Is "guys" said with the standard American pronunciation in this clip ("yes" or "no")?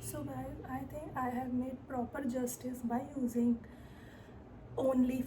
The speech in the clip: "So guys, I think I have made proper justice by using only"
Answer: no